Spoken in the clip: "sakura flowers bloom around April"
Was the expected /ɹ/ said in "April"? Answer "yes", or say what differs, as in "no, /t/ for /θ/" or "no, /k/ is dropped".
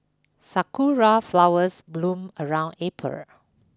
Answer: no, /ɹ/ is dropped